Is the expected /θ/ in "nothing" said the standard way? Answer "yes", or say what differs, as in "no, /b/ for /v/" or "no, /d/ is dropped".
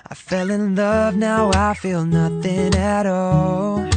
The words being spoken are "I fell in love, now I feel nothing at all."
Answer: yes